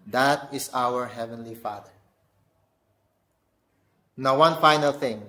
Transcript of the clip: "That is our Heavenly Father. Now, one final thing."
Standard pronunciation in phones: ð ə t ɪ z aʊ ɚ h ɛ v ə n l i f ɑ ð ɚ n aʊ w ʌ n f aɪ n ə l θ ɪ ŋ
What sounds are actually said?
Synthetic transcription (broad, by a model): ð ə t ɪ s aʊ ɚ h ɛ v ə n l i f ɑ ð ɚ n aʊ w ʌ n f aɪ n ə l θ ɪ ŋ